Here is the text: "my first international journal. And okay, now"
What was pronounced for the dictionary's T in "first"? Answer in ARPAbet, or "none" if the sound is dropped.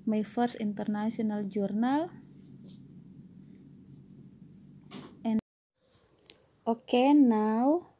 none